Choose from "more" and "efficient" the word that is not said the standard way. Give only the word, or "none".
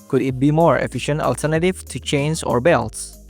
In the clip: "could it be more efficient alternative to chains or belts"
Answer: none